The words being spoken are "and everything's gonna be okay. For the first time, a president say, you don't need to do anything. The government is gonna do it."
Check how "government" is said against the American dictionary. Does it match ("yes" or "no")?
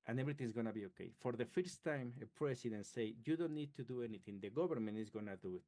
no